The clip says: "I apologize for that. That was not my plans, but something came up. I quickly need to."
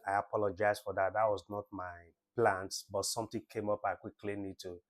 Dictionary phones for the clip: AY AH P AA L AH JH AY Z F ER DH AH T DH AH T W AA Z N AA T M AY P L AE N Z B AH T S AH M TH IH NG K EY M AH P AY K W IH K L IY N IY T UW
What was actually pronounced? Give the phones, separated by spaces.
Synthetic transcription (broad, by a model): AY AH P AA L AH JH AY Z F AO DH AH T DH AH T W AA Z N AA T M AY P L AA N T B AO T S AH M T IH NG K EY M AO P AY K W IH K L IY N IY T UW